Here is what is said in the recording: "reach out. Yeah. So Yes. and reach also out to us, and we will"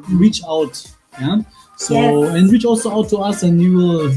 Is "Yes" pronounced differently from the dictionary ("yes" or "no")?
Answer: yes